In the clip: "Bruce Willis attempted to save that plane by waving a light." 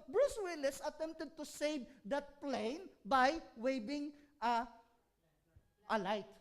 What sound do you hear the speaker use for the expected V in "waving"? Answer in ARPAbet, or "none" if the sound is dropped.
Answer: B